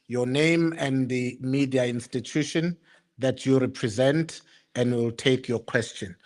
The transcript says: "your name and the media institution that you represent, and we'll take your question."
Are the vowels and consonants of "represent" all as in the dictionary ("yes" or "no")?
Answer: yes